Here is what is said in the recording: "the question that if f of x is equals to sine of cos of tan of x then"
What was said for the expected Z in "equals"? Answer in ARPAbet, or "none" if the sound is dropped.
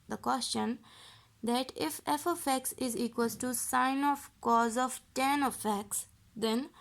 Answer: none